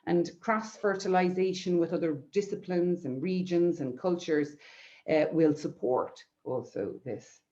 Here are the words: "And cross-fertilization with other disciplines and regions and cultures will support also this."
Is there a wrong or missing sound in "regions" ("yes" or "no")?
no